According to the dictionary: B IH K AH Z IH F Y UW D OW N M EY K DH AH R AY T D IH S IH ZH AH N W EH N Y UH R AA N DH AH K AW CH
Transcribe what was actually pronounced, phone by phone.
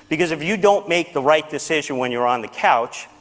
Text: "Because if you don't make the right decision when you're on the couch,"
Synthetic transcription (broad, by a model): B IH K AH Z IH F Y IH D OW N M EY K DH AH R AY T D IH S IH ZH AH N W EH N Y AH R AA N DH AH K AW CH